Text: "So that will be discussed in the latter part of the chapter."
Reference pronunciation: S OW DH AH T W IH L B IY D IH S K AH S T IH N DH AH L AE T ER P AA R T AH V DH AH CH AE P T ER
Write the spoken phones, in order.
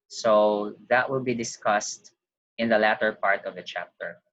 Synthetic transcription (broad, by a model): S OW DH AH T W IH L B IY D IH S K AH S T IH N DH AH L AE T ER P AA R T AH V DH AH CH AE P T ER